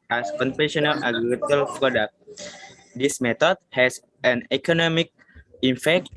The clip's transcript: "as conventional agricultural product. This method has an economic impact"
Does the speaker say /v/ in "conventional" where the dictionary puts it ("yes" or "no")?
no